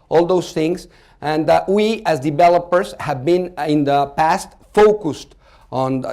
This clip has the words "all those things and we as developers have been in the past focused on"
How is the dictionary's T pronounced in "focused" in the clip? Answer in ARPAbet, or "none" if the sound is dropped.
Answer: T